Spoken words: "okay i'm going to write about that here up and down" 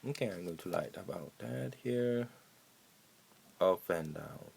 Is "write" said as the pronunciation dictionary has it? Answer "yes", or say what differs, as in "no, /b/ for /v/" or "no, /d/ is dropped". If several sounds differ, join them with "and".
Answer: no, /l/ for /ɹ/